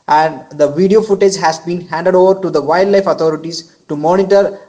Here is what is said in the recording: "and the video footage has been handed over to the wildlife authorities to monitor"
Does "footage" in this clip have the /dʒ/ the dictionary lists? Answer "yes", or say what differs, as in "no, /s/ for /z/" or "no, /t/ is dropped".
yes